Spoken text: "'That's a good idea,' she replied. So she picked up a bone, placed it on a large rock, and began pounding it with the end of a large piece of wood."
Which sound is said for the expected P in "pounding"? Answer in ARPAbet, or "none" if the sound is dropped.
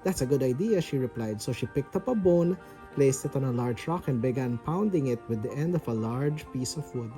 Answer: P